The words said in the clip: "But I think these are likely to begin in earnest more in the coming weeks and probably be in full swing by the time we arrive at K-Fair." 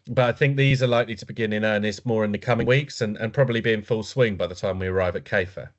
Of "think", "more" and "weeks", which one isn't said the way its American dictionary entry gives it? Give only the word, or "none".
none